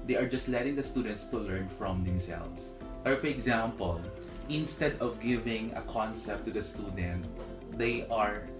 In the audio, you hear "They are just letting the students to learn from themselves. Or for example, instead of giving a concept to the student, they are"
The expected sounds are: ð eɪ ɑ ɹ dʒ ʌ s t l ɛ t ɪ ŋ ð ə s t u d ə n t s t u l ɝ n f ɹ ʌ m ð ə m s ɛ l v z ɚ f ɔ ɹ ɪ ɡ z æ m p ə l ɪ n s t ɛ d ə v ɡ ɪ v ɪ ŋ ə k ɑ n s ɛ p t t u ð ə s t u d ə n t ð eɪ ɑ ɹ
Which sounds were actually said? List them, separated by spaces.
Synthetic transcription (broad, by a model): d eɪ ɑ ɹ dʒ ʌ s t l ɛ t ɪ ŋ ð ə s t u d ə n t s t u l ɝ n f ɹ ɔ m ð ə m s ɛ l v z ɚ f ɔ ɹ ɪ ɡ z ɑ m p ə l ɪ n s t ɛ d ə v ɡ ɪ v ɪ ŋ ə k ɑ n s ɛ p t t u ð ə s t u d ə n t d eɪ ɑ ɹ